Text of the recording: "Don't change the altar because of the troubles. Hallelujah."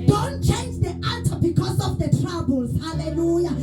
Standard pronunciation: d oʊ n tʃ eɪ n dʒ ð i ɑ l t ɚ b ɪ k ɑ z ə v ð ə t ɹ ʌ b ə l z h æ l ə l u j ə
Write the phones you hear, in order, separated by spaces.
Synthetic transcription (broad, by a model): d oʊ n tʃ eɪ n dʒ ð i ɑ t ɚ b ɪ k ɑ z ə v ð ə t ɹ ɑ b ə l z h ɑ l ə l u j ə